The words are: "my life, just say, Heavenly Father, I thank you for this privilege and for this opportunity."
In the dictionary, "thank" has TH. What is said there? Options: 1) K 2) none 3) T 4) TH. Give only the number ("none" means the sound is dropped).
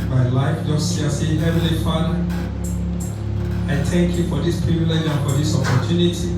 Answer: 3